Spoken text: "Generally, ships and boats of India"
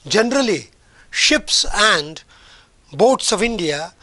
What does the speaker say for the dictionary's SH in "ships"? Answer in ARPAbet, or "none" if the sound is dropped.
SH